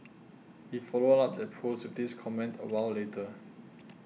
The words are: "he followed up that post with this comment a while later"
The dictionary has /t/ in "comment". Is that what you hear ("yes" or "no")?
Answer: yes